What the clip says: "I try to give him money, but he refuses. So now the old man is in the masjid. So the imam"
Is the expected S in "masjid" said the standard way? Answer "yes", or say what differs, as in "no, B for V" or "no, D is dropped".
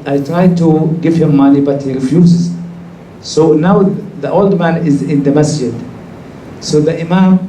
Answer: yes